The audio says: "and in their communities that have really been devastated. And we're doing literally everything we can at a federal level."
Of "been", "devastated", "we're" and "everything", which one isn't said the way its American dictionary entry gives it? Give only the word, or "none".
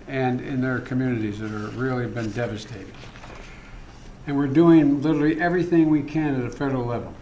none